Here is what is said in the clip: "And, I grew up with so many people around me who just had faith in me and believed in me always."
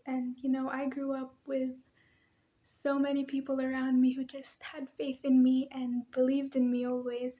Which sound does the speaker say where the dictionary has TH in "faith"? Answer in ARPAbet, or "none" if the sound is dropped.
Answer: TH